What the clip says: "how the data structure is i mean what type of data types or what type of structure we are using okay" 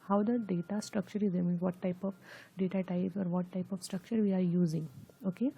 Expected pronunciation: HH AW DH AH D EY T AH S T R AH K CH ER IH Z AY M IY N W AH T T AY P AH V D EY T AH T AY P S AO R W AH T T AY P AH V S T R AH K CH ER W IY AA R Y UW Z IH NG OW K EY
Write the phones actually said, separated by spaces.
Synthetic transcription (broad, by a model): HH AW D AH D EY T AH S T R AH K CH ER IH Z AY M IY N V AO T T AY P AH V D EY T AH T AY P AO R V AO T T AY P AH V S T R AH K CH ER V IY AA R Y UW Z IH NG OW K EY